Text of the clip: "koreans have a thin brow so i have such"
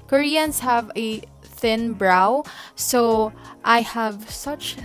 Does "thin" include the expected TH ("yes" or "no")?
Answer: yes